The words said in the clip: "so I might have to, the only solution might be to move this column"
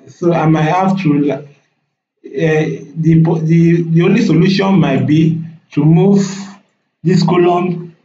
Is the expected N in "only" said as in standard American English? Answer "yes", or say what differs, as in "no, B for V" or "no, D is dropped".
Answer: yes